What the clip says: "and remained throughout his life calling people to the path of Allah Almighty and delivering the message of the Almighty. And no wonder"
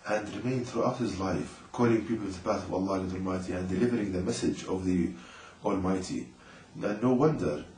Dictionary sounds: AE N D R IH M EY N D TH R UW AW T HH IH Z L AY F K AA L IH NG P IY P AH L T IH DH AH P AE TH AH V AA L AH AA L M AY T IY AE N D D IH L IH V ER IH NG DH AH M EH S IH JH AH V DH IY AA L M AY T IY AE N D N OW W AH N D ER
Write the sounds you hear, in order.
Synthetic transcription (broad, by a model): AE N D R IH M EY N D TH R UW AW T HH IH Z L AY F K AA L IH NG P IY P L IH DH AH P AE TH AH V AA L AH AA L M AY T IY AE N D D IH L IH V ER IH NG DH AH M EH S IH JH AH V DH IY AA L M AY T IY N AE N OW W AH N D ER